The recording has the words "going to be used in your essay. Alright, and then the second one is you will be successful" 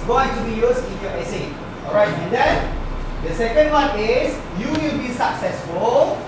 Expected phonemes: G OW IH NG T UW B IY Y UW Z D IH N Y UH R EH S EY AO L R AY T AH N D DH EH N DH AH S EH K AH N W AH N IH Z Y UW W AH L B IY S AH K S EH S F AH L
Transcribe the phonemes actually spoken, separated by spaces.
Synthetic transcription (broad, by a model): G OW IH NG T UW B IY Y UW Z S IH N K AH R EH S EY AO L R AY T AH N D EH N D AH S EH K AH N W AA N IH S Y UW W AH L B IY S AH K S EH S F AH L